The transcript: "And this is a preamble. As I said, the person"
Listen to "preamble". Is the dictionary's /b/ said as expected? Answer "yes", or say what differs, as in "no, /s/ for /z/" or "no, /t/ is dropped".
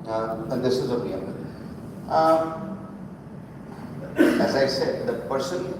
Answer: no, /b/ is dropped